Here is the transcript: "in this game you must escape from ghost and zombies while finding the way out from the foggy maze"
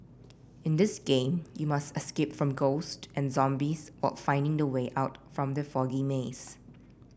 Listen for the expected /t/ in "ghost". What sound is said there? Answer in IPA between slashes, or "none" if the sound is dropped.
/t/